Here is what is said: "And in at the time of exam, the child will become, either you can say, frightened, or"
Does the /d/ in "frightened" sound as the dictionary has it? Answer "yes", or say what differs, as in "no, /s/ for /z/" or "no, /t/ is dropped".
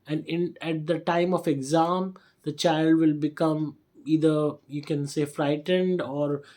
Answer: yes